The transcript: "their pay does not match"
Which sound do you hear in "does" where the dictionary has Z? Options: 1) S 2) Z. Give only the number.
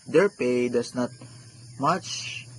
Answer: 1